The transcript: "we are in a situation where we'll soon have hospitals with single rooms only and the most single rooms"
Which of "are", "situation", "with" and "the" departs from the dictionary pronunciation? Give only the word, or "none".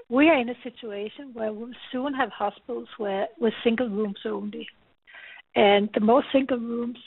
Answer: none